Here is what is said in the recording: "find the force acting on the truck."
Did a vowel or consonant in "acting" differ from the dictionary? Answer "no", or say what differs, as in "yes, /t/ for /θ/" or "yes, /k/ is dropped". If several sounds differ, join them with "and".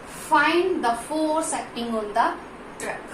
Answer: yes, /k/ is dropped